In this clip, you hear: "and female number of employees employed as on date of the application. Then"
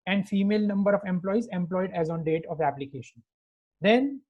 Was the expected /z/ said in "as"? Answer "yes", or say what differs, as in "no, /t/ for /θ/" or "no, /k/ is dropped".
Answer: yes